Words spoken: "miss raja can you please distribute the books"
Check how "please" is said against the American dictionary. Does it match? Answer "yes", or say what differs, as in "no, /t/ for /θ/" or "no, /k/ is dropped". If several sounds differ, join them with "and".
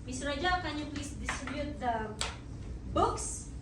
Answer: no, /s/ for /z/